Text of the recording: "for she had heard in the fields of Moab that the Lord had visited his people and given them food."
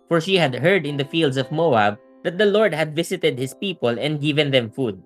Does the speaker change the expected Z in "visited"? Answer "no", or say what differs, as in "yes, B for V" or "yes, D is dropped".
yes, S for Z